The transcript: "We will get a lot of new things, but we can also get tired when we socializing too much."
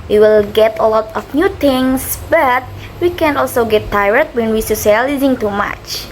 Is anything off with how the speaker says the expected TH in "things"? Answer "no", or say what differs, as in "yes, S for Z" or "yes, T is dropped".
yes, T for TH